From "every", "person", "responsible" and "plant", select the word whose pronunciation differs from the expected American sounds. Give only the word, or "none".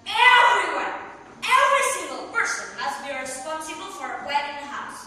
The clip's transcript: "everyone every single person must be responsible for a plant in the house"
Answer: plant